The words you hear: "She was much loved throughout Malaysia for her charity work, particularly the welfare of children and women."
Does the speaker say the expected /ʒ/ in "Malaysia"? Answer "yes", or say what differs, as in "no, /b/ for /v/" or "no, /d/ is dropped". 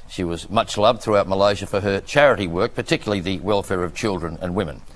yes